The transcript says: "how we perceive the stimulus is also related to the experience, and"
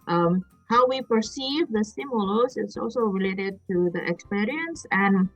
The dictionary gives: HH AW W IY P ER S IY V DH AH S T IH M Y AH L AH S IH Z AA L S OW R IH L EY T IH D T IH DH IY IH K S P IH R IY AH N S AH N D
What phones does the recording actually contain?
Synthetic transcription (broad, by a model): HH AW W IY P ER S IY V DH AH S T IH M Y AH L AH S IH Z AA L S OW R IH L EY T IH D T IH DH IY IH K S P IH R IY AH N S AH N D